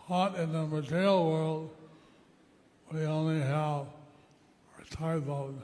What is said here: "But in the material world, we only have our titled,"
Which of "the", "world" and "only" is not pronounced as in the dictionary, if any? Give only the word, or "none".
none